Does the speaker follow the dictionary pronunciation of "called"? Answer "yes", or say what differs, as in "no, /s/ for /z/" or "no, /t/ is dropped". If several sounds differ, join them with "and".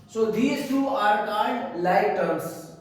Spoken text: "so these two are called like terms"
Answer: no, /n/ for /l/